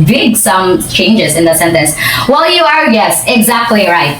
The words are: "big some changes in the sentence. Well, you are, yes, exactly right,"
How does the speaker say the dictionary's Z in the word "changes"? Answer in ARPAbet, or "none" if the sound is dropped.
Z